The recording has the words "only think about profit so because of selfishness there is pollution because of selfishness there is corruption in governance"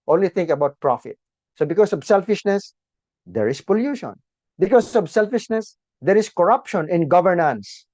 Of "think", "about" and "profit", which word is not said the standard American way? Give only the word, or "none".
think